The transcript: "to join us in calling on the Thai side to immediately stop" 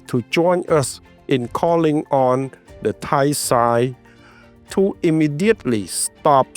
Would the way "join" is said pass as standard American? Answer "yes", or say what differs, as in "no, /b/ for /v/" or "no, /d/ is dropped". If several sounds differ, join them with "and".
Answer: yes